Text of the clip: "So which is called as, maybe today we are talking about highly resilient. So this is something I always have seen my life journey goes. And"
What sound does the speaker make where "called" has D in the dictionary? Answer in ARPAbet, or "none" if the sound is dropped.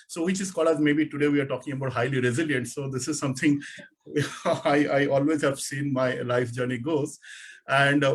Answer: none